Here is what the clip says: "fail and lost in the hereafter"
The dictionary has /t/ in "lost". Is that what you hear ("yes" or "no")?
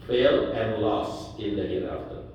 no